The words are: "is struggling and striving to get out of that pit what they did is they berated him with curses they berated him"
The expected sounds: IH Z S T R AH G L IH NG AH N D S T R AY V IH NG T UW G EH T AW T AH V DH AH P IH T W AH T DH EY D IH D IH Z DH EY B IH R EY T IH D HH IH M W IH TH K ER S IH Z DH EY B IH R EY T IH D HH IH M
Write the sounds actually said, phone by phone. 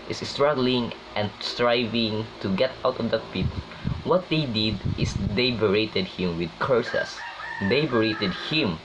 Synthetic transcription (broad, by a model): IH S S T R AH G L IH NG AH N D S T R AY V IH NG T UW G EH T AW T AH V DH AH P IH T W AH T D EY D IH D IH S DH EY B IH R EY T IH D HH IH M W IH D K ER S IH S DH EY B IH R EY T IH D HH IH M